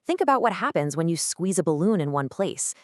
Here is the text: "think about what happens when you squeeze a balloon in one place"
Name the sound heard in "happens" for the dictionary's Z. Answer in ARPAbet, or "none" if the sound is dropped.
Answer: Z